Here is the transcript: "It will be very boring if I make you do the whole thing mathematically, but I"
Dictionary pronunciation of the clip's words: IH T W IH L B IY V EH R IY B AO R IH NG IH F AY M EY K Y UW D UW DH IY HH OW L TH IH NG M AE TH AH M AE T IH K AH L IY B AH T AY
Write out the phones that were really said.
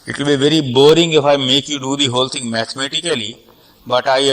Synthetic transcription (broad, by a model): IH T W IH L B IY V EH R IY B AO R IH NG IH F AY M EY K Y UW D UW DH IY HH OW L T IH NG M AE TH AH M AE T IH K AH L IY B AH T AY